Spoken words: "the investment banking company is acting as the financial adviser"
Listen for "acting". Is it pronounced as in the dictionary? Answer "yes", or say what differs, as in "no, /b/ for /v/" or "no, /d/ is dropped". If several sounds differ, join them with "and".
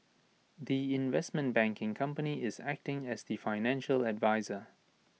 yes